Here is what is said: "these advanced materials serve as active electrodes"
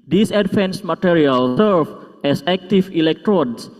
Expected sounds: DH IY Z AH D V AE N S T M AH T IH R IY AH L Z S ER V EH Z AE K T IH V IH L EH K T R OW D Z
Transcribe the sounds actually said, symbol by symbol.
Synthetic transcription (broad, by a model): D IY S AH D F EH N S M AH T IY R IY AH L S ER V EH S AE K T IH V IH L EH K T R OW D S